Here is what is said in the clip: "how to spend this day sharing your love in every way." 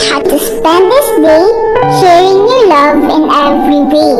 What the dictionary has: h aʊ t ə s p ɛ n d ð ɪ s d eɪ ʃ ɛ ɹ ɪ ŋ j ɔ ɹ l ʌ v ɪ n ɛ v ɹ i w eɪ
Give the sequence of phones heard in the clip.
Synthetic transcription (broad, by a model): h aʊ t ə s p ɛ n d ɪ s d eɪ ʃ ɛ ɹ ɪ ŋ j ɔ l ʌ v ɪ n ɛ v ɹ i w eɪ